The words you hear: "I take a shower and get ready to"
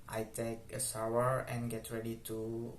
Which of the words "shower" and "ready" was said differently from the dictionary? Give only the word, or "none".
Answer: shower